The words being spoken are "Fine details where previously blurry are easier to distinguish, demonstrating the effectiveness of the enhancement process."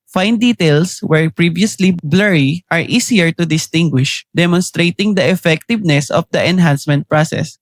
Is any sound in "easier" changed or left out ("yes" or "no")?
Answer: yes